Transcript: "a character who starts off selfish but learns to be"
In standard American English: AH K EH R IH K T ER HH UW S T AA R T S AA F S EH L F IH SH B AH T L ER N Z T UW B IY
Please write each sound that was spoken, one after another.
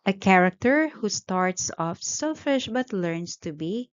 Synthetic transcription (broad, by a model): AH K EH R IH K T ER HH UW S T AA R T S AA F S EH L F IH SH B AH T L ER N S T UW B IY